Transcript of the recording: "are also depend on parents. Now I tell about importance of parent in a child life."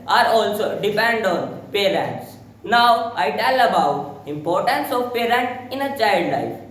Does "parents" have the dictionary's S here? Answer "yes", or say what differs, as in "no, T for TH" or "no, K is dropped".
yes